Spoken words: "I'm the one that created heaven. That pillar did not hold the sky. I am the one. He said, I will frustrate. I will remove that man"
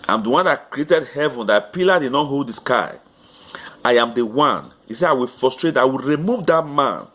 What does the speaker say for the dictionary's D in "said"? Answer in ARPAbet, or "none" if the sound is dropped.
none